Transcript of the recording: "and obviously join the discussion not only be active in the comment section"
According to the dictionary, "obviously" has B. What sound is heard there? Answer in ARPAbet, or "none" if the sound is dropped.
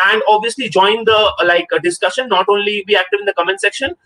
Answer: B